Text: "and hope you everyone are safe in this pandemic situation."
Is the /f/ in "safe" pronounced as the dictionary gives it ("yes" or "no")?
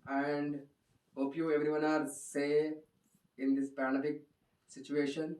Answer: no